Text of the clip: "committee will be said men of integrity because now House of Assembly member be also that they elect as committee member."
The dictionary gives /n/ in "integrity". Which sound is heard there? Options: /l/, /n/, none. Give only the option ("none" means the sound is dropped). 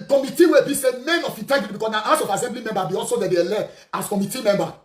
none